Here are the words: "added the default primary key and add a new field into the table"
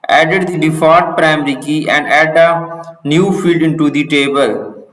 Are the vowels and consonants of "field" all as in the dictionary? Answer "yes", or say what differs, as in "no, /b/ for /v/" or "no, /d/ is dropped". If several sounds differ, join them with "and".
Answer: yes